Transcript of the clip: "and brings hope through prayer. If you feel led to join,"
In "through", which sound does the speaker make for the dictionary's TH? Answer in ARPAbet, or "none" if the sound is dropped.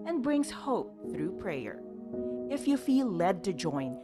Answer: TH